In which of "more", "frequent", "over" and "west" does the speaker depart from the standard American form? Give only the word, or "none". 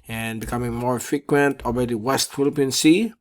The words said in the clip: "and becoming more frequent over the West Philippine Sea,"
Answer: over